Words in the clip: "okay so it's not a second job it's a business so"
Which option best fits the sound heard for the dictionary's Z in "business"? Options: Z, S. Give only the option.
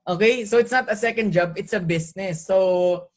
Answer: S